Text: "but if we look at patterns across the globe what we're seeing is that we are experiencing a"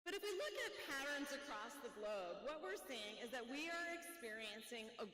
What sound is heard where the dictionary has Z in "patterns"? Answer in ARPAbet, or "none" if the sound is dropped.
Z